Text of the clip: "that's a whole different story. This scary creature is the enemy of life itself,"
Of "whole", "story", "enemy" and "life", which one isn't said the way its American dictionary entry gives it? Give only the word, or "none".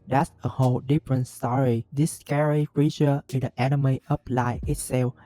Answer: life